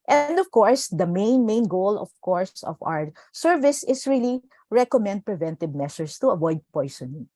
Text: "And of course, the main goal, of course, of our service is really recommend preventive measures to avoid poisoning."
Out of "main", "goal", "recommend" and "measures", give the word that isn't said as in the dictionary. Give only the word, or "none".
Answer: measures